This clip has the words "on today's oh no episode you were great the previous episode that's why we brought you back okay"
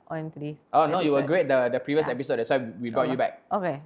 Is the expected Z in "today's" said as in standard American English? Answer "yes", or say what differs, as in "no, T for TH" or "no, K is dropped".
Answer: no, S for Z